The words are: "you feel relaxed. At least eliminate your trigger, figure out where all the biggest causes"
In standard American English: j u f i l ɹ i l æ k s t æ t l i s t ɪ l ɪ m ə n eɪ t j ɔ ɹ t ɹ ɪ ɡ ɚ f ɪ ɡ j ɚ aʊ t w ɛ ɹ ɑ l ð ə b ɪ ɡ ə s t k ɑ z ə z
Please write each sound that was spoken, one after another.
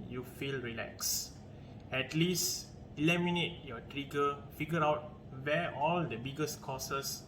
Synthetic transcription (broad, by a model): j u f i l ɹ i l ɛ k s ɛ t l i s t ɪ l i m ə n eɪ t j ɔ t ɹ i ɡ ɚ f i ɡ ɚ aʊ t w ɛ ɑ l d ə b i ɡ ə s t k ɑ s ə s